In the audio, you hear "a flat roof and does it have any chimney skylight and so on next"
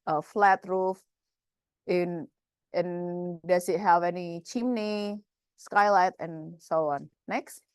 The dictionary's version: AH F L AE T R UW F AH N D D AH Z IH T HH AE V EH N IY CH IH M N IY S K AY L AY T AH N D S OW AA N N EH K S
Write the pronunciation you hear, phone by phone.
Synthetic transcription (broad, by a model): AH F L AE T R UW F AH N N D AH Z IH T HH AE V EH N IY CH IH M N IY S K AY L AY T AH N S OW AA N N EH K S